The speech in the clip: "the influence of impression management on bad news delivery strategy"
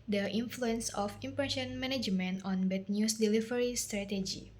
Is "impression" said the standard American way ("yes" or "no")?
no